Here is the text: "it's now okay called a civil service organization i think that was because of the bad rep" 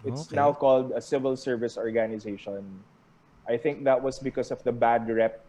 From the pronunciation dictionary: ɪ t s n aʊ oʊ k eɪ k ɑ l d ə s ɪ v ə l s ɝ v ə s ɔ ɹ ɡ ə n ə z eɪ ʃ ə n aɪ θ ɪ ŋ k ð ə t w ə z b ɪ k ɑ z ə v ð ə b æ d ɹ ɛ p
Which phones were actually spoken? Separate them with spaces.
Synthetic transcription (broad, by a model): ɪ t s n aʊ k k ɑ l d ə s ɪ v ə l s ɝ v ə s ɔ ɹ ɡ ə n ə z eɪ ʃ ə n aɪ θ ɪ ŋ k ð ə t w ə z b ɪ k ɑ s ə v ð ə b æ d ɹ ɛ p